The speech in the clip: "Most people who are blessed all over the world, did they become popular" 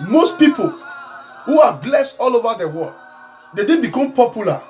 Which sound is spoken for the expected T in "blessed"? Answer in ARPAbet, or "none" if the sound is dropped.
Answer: T